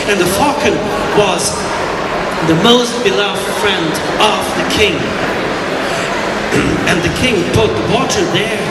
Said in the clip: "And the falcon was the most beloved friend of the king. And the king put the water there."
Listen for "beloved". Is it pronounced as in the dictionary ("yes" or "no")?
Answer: yes